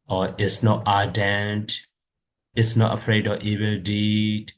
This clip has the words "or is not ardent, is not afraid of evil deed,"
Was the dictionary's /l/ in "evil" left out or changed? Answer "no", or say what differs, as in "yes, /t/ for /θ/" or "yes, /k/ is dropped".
no